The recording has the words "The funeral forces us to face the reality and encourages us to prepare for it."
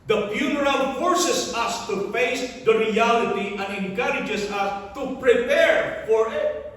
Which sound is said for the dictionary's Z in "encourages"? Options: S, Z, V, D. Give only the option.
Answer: S